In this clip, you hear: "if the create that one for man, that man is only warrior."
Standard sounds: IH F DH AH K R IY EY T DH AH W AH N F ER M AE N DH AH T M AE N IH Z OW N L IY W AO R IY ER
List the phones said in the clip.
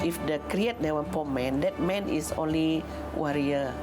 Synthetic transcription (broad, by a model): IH F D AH K R IY EY T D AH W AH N P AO M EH N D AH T M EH N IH S OW N L IY W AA R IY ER